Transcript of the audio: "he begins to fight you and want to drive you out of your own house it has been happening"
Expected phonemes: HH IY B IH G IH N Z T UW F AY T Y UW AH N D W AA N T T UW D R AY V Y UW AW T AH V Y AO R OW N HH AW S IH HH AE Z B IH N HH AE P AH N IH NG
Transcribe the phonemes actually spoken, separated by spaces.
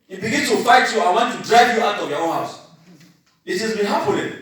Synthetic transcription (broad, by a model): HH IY B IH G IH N S T UW F AY T Y UW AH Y W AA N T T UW D R AY V Y UW AW T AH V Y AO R OW N HH AW S IH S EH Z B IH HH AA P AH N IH